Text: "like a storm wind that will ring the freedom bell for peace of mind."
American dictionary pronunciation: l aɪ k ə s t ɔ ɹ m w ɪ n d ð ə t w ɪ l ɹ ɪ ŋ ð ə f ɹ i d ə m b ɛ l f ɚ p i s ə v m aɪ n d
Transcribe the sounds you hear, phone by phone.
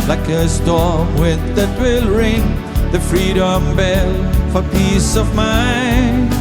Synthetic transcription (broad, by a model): l aɪ k ə s t ɔ ɹ m w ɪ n ð ə t w ɪ l ɹ ɪ ŋ ð ə f ɹ i d ə m b ɛ l f ɚ p i s ə v m aɪ n